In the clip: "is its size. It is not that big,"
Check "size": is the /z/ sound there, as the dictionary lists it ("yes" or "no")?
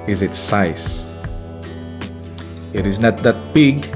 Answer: no